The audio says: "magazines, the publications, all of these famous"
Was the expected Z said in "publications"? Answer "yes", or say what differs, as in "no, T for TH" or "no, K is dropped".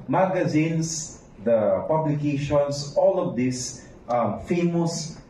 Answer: no, S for Z